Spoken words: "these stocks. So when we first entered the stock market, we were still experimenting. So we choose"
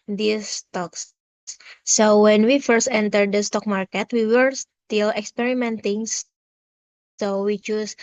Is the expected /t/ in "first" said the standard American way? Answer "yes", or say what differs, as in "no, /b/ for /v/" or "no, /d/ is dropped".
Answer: yes